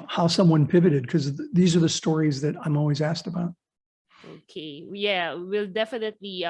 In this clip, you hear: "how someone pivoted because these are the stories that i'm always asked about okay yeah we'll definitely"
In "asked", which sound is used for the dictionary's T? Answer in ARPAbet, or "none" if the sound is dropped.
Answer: T